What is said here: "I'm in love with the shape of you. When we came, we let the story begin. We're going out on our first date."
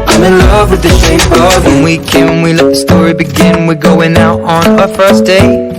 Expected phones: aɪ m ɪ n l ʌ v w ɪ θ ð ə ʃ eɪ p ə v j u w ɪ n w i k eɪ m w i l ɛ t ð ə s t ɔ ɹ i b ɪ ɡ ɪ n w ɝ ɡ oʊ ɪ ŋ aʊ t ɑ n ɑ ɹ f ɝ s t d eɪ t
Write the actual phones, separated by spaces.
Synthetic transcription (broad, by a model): aɪ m ɪ n l ʌ v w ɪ ð ə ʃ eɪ ə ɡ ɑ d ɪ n w i k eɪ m w i l ɛ t ð ə s t ɔ ɹ i b ɪ ɡ ɪ n w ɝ ɡ oʊ ɪ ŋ aʊ t n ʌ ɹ f ɝ s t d eɪ